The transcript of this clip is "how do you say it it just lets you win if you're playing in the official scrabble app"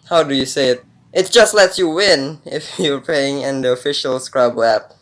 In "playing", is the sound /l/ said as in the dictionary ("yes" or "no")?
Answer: no